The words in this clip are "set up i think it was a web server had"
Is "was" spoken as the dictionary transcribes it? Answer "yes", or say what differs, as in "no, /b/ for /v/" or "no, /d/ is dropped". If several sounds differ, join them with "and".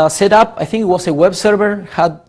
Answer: no, /s/ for /z/